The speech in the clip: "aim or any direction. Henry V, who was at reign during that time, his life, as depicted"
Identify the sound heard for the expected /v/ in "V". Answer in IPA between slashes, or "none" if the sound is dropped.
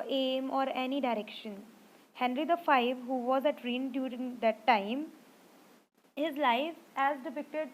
/f/